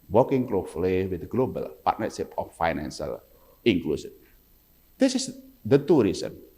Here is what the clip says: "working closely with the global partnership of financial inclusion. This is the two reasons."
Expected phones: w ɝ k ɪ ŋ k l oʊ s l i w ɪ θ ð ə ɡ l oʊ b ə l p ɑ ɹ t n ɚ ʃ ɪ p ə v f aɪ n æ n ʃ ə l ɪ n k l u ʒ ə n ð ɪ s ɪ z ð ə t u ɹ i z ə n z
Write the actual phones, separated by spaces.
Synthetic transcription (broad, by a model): w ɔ k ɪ ŋ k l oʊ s l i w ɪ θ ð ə ɡ l oʊ b ə l p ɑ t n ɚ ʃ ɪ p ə f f aɪ n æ n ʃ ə l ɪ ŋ k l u s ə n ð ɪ s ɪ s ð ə t u ɹ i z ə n